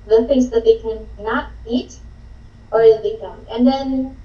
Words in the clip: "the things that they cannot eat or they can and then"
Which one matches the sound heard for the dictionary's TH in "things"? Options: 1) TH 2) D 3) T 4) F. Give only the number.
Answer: 4